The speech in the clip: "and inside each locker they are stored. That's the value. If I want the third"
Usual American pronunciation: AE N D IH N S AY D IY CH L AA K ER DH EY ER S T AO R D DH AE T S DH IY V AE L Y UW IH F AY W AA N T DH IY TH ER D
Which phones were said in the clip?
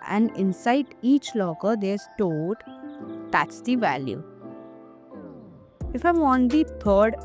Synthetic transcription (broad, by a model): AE N D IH N S AY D IY CH L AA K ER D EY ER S T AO L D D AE T S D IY V AE L Y UW IH F AY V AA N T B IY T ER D